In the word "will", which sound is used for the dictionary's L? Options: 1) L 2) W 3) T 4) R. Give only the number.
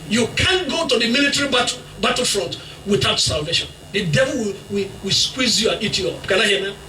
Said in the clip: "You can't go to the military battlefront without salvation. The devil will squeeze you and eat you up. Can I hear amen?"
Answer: 2